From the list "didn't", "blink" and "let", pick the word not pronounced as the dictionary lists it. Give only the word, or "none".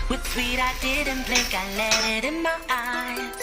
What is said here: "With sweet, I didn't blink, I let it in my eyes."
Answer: blink